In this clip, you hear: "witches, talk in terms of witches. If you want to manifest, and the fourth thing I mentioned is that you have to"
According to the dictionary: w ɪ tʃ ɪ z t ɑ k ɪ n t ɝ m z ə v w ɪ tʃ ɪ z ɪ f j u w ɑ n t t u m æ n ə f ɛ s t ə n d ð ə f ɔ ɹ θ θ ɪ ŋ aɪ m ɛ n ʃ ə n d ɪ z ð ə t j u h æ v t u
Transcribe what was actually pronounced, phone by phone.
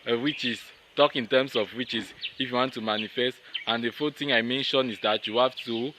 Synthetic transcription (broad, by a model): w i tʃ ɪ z t ɑ k ɪ n t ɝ m s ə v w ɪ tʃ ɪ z ɪ f j u w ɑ n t t u m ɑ n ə f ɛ s t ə n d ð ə f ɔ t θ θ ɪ ŋ aɪ m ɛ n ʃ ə n ɪ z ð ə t j u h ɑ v t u